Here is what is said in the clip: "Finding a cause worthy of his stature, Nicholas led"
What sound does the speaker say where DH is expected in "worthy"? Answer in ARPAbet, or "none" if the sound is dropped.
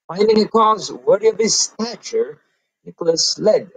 none